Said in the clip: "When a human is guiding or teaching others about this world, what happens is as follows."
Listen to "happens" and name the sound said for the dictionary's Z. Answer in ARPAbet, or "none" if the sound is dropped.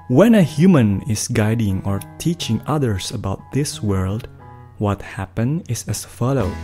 none